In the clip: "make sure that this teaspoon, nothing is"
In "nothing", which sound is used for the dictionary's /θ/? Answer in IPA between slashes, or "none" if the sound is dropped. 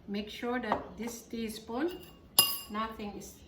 /t/